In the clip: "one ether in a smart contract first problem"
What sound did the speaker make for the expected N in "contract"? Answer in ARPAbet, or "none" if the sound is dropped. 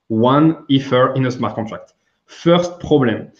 none